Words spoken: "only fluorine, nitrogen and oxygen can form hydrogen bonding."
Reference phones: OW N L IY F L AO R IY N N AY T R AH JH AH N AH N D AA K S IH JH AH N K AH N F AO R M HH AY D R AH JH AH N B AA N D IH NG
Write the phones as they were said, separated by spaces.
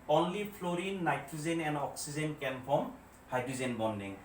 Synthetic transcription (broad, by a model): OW N L IY P L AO R IY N N AY T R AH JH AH N AH N D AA K S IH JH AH N K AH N P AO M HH AY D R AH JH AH N B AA N D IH NG